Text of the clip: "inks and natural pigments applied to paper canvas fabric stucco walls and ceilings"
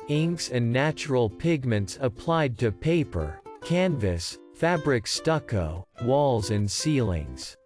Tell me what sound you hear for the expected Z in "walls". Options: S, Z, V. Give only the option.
Z